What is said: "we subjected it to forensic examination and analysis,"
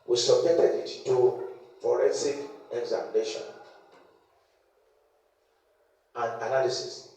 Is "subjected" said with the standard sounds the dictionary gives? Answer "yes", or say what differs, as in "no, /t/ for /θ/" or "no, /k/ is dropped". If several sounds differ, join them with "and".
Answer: no, /k/ is dropped